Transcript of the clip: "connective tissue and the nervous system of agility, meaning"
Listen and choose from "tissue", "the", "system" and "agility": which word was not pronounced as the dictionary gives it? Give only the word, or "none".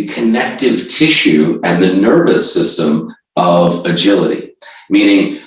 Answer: none